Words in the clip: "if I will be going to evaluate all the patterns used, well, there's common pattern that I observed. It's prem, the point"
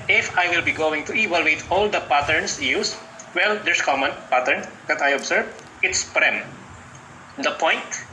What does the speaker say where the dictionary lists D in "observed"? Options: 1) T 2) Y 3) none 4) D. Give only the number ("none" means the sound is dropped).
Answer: 3